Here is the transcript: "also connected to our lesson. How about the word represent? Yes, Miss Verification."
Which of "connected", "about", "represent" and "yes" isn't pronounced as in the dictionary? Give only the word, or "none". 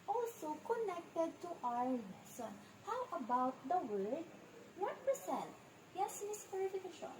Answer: represent